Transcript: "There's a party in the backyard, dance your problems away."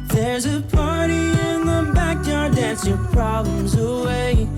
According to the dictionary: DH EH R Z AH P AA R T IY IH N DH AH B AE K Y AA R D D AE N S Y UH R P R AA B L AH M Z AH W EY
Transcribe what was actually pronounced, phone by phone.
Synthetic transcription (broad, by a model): DH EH R Z AH P AA R T IY IH N DH AH B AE K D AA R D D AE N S Y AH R P R AA B L AH M Z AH W EY